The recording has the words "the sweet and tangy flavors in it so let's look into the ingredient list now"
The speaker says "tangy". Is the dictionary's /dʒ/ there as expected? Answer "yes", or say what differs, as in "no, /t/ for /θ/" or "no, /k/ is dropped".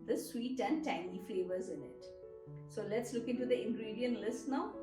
no, /dʒ/ is dropped